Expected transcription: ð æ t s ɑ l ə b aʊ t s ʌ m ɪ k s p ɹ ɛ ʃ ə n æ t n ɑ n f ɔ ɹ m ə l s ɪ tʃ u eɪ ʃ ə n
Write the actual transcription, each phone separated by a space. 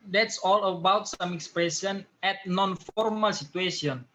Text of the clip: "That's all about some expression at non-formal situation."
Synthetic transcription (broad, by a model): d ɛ t s ɑ l ə b aʊ t s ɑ m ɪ k s p ɹ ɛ s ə n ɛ t n ɑ n f ɔ ɹ m ə l s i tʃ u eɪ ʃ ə n